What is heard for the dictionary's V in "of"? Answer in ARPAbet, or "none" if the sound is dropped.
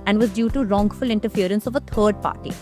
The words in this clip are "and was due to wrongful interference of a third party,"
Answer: V